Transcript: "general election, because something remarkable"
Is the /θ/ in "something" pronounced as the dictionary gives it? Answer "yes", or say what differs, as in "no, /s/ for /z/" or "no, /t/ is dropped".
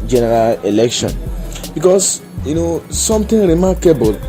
no, /t/ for /θ/